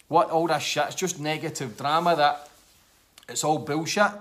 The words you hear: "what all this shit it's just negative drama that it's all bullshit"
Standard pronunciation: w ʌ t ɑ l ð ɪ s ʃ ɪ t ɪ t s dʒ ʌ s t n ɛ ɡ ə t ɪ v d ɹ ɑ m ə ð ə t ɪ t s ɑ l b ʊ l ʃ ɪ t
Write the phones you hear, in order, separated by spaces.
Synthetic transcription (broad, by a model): w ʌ t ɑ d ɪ ʃ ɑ ɪ t s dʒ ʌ s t n ɛ ɡ ə t ɪ v d ɹ ɑ m ə ð ə t ɪ t s ɑ l b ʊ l ʃ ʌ t